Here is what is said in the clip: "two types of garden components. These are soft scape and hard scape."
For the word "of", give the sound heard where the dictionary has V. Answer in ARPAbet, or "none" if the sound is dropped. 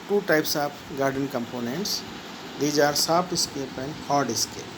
P